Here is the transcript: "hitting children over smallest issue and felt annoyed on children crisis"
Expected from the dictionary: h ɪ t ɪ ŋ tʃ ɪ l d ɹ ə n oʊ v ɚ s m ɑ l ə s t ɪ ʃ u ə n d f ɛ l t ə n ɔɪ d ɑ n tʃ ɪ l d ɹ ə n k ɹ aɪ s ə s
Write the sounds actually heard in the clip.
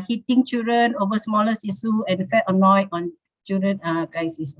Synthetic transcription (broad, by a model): h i t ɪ ŋ tʃ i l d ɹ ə n oʊ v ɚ s m ɑ l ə s i s u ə n f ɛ t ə n ɔɪ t ɑ n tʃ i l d ɹ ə n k ɹ aɪ s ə s